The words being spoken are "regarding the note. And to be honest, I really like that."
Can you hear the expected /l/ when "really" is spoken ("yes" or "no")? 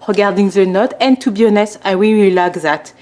no